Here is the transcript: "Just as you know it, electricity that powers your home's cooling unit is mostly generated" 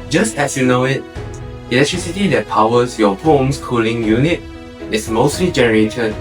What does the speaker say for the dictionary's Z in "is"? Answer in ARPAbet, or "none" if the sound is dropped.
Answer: S